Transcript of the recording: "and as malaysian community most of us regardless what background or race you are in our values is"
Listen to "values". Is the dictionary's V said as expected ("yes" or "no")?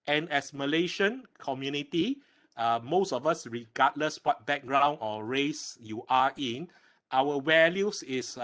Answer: no